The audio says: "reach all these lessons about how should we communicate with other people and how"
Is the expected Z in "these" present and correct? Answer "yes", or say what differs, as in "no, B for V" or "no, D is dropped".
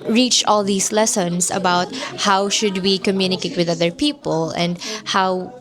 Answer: no, S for Z